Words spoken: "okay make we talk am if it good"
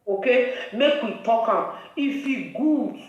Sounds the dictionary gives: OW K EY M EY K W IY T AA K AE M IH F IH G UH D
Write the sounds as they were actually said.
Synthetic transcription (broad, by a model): OW K EY M EY K W IY T AA K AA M IH F IH G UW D